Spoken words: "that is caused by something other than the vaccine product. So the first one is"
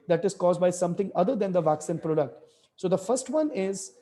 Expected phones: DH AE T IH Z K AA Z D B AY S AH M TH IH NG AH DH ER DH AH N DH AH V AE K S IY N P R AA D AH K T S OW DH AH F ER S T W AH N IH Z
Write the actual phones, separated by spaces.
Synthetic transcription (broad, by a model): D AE T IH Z K AA Z D B AY S AH M T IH NG AH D ER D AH N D AH V AE K S IY N P R AA D AH K T S OW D AH F ER S T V AH N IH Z